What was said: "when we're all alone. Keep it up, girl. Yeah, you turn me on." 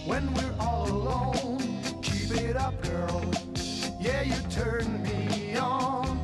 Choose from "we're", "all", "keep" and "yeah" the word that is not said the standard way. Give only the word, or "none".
keep